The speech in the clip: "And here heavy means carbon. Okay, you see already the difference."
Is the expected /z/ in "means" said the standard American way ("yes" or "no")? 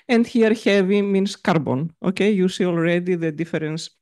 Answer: no